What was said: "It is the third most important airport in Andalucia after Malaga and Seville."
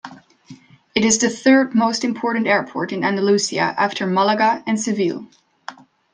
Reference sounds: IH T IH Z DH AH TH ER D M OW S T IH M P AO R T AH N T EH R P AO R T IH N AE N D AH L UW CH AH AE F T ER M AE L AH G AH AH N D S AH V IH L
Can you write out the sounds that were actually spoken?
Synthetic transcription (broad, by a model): IH T IH Z DH AH TH ER D M OW S T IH M P AO R T N T EH R P AO R T IH N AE N D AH L UW S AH AE F T ER M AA L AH G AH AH N S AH V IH L